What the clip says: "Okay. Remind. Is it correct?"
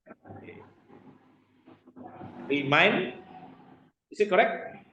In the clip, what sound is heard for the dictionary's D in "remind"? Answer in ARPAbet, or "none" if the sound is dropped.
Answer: none